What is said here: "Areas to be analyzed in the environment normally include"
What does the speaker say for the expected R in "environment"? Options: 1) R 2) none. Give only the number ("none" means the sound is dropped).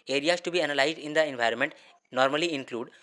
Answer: 1